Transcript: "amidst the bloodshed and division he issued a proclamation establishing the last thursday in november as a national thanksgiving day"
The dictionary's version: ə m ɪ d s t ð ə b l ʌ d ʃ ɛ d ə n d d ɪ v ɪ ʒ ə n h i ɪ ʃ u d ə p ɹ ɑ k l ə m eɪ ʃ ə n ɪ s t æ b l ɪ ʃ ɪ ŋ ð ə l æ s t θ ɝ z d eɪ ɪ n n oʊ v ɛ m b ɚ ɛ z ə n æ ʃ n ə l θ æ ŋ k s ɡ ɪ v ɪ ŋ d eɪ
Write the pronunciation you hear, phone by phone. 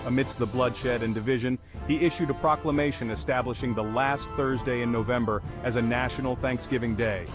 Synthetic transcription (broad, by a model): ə m ɪ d s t ð ə b l ʌ d ʃ ɛ d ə n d d ɪ v ɪ ʒ ə n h i ɪ ʃ u d ə p ɹ ɑ k l ə m eɪ ʃ ə n ɪ s t æ b l ɪ ʃ ɪ ŋ ð ə l æ s t θ ɝ z d eɪ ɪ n n oʊ v ɛ m b ɚ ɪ z ə n æ ʃ n l θ æ ŋ k s ɡ ɪ v ɪ ŋ d eɪ